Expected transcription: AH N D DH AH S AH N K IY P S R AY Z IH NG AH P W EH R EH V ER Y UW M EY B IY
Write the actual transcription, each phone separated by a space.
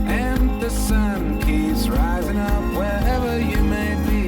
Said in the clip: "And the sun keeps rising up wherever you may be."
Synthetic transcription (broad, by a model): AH N DH AH S AH N K IY P S R AY Z IH NG AH P W EH R EH V ER Y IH M EY B IY